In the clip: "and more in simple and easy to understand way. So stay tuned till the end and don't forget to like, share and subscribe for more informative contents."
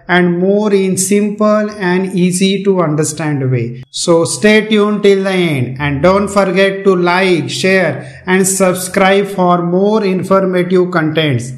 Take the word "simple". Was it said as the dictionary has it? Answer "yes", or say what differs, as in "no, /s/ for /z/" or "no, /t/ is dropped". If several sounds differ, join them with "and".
yes